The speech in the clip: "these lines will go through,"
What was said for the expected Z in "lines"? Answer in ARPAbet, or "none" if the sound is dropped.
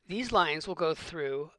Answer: Z